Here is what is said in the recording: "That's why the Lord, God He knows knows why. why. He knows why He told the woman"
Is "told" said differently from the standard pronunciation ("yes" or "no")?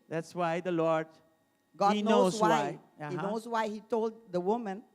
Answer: no